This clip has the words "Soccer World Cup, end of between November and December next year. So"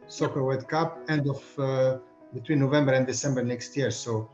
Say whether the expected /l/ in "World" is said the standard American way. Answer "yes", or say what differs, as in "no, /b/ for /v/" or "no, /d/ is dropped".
no, /l/ is dropped